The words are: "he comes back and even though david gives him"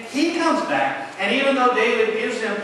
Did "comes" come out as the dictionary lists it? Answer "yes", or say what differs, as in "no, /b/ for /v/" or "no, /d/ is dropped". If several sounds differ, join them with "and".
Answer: yes